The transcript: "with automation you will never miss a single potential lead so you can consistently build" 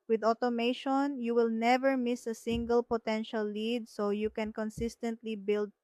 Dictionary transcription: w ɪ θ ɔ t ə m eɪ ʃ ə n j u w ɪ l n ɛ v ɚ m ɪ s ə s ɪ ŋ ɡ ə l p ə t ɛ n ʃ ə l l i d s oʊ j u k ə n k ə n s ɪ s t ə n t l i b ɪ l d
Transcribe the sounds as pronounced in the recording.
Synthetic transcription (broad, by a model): w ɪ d ɔ t ə m eɪ ʃ ə n j u w ɪ l n ɛ v ɚ m ɪ s ə s ɪ ŋ ɡ ə l p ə t ɛ n ʃ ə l l i d s oʊ j u k ə n k ə n s ɪ s t ə n t l i b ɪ l d